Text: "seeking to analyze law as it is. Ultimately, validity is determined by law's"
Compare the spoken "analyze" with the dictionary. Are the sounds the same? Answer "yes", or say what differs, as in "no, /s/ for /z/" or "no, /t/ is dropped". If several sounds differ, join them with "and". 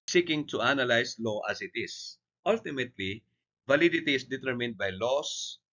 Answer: no, /s/ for /z/